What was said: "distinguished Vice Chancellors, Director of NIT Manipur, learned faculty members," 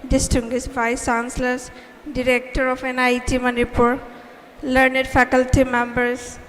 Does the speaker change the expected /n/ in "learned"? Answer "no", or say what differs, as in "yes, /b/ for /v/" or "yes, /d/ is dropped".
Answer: no